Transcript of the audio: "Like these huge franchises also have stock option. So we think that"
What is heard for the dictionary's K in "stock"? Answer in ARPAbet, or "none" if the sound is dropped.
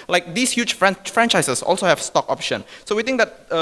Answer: K